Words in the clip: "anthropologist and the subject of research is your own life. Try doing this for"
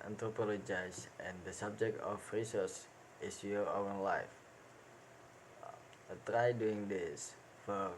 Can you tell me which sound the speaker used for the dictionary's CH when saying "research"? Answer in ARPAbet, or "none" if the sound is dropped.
S